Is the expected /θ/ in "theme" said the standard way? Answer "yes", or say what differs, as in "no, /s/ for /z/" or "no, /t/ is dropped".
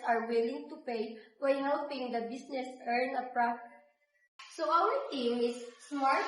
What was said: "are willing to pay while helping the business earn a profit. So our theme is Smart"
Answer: no, /t/ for /θ/